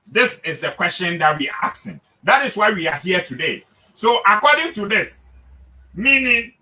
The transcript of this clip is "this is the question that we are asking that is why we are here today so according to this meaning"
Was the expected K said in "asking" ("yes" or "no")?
no